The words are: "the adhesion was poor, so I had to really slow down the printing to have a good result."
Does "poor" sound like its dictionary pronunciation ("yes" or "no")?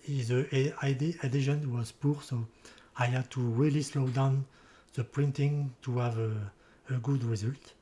yes